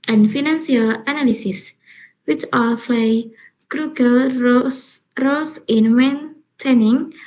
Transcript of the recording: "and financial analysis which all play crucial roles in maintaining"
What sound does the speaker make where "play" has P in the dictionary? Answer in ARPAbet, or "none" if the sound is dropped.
F